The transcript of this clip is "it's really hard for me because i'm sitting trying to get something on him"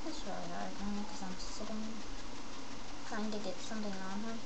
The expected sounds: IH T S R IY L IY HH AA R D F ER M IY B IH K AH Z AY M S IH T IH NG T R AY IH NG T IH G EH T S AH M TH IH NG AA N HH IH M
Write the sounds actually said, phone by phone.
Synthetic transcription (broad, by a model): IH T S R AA IY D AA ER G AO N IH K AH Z AY M S IH T IH NG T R AY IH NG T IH G EH T S AH M TH IH NG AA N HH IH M